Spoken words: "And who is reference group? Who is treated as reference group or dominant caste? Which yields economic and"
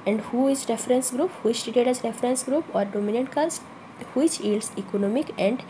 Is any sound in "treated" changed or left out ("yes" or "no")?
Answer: yes